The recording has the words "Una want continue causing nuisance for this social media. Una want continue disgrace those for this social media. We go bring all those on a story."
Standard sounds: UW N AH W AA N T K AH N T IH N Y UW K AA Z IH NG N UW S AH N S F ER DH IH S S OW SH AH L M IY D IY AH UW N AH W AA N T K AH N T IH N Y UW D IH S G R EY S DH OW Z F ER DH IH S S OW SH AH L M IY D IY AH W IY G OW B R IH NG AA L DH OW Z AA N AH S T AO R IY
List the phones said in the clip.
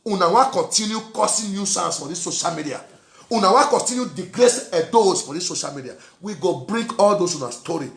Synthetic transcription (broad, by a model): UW N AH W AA K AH N T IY N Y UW K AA S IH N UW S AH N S F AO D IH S S OW SH AH L M IY D IY AH UW N AH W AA K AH N T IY N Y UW D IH G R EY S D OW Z F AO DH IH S S OW SH AH L M IY D IY AH W IY G OW B R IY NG AA L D OW S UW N AH S T AO R IY